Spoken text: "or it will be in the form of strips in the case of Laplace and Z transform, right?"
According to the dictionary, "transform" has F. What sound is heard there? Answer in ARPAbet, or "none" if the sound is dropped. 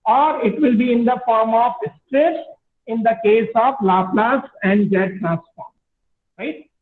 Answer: P